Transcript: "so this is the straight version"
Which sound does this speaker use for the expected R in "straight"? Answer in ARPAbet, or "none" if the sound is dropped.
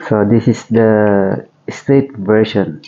none